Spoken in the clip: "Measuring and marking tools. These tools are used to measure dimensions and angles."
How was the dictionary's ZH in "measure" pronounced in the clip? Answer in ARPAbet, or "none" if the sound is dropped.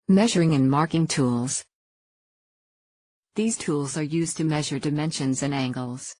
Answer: ZH